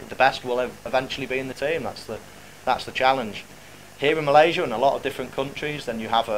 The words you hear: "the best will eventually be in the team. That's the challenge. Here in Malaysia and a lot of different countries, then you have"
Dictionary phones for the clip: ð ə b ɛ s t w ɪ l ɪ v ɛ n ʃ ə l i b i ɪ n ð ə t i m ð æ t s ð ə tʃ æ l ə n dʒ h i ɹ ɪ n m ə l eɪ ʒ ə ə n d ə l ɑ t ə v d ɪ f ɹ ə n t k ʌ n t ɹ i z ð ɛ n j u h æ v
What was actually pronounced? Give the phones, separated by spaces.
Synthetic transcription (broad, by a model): ð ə b ɛ s t w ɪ l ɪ v ɛ n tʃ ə l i b i ɪ n ð ə t i m ð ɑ t s ð ə tʃ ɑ l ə n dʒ h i ɹ ɪ n m ə l eɪ ʒ ə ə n ə l ɑ t ə v d ɪ f ɹ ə n k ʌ n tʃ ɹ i z ð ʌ n j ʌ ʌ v